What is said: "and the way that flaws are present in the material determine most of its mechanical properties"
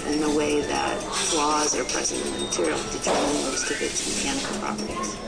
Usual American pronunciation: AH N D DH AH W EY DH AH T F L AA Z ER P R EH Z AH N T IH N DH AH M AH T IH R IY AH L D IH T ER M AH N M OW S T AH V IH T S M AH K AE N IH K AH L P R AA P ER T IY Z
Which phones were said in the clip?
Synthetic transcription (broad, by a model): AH N DH AH W EY DH AH T F L AA Z ER P R EH Z AH N T IH N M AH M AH T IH R IY L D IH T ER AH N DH OW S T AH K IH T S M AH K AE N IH K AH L P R AA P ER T IY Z